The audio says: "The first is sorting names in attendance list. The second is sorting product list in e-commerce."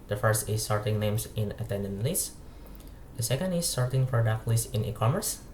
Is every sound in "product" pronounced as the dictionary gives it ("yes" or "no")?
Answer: no